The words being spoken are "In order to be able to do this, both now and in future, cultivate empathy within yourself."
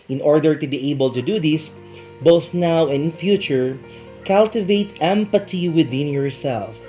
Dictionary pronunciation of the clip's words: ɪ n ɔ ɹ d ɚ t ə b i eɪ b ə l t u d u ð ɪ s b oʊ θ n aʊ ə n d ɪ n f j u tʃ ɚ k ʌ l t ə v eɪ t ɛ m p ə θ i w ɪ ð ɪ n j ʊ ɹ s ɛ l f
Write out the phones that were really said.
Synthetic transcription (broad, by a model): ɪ n ɔ ɹ d ɚ t ə b i eɪ b ə l t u d u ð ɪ s b oʊ θ n aʊ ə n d ɪ n f j u tʃ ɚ k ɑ l t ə v eɪ t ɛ m p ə t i w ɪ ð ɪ n j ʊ ɹ s ɛ l f